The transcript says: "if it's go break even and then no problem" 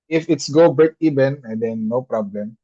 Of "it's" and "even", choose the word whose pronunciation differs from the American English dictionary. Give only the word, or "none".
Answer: even